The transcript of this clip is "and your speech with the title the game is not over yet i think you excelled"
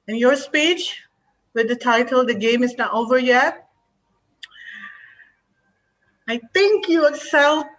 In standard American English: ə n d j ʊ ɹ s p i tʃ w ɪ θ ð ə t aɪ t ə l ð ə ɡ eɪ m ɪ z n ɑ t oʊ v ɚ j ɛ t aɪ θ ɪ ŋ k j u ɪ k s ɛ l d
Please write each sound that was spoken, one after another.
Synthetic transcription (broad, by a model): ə n j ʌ ɹ s p i tʃ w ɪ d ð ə t aɪ t ə l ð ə ɡ eɪ m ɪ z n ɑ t oʊ v ɚ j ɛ aɪ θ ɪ ŋ k j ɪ s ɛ l